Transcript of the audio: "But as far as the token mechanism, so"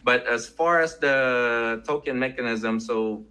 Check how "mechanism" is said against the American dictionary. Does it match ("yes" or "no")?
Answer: yes